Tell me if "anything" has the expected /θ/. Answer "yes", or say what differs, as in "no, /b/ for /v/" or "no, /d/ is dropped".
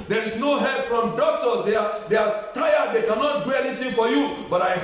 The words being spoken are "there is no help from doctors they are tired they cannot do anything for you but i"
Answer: no, /t/ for /θ/